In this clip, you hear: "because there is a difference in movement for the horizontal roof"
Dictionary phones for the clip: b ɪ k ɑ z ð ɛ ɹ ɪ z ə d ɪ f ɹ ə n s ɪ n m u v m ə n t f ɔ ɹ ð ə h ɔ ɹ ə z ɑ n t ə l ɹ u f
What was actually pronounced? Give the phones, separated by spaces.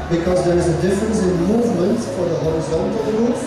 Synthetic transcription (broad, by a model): b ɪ k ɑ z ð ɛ ɹ ɪ z ə d ɪ f ɹ ə n s ɪ n m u v m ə n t f ɔ ɹ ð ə h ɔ ɹ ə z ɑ n t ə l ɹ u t